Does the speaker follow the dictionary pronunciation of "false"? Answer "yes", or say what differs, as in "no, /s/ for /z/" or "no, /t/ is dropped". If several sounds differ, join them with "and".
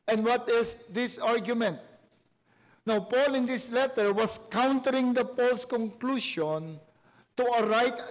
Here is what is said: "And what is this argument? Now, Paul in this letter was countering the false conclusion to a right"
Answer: no, /p/ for /f/